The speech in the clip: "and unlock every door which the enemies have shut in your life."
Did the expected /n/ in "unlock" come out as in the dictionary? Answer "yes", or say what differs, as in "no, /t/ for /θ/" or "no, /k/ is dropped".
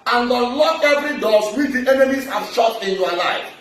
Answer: no, /n/ is dropped